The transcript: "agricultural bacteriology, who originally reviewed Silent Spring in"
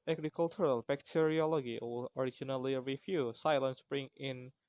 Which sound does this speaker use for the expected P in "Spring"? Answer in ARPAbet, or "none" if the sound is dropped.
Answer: B